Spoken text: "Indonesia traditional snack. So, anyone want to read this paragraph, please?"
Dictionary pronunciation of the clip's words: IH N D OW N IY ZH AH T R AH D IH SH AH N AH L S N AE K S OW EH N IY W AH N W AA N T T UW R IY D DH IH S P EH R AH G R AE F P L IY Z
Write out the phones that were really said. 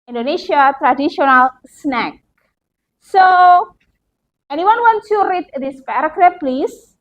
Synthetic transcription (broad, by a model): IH N D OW N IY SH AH T R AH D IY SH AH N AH L S N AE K S OW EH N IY W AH N W AA N T S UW R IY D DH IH S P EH R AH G R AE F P L IY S